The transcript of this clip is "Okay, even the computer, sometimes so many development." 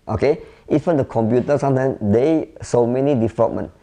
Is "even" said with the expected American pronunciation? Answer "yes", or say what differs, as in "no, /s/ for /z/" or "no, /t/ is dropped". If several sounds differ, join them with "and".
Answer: no, /f/ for /v/